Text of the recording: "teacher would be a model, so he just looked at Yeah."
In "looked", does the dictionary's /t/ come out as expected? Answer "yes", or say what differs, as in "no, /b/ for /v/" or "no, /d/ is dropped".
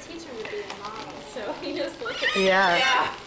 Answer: no, /t/ is dropped